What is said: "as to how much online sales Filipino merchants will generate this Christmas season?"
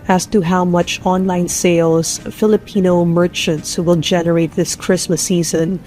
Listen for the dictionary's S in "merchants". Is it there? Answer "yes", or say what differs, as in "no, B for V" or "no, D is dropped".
yes